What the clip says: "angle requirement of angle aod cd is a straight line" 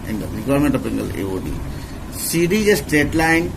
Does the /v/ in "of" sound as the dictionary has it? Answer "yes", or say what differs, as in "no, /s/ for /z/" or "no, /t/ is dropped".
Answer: no, /p/ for /v/